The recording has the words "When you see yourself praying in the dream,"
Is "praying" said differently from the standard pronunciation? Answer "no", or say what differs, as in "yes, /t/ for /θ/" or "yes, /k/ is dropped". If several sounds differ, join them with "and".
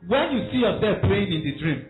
yes, /l/ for /ɹ/